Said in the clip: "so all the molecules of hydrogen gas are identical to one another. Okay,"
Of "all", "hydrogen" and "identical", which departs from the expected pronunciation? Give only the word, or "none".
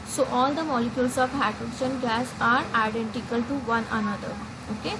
hydrogen